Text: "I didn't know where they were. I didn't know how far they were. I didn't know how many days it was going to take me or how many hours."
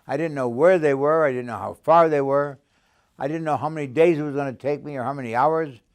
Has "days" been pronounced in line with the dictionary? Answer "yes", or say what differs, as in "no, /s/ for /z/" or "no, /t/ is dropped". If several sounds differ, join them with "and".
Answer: yes